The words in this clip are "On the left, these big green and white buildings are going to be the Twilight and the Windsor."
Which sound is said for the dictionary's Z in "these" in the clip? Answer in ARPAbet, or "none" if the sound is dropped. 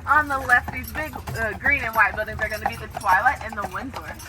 Z